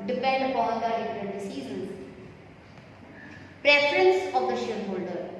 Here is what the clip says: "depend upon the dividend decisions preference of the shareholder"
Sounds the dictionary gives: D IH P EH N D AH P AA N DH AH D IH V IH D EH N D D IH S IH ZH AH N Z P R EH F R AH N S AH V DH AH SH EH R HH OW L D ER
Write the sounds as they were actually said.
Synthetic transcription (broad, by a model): D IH P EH N D AH P AA N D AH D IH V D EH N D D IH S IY Z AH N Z P R EH F R AH N S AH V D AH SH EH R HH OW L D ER